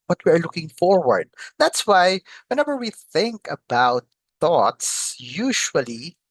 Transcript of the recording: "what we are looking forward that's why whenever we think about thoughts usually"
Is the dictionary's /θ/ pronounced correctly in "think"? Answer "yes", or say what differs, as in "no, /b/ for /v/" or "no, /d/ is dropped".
yes